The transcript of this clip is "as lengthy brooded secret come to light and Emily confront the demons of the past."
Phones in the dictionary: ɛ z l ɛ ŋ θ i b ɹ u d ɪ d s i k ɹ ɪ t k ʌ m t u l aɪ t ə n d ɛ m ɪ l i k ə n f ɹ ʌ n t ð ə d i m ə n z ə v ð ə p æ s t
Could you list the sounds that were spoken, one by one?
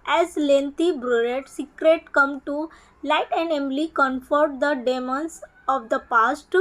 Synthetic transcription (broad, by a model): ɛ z l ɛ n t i b ɹ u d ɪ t s i k ɹ ɪ t k ʌ m t u l aɪ t ə n d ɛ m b l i k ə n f ʌ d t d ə d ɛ m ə n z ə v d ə p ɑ s t